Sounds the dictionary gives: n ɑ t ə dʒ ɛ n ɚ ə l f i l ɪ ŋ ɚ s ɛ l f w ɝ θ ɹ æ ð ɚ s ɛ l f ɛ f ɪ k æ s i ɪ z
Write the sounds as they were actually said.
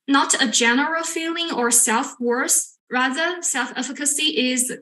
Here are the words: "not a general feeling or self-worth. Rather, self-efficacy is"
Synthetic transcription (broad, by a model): n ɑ t ə dʒ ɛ n ɚ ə l f i l ɪ ŋ ɚ s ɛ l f w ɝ s ɹ æ ð ɚ s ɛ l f ɛ f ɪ k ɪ s i ɪ z